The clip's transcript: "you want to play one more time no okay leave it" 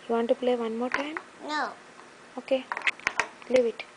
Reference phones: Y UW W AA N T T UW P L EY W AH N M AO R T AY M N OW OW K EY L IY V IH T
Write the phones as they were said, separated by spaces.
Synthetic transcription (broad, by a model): Y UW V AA N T T UW P L EY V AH N M AO R T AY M N OW OW K EY L IY V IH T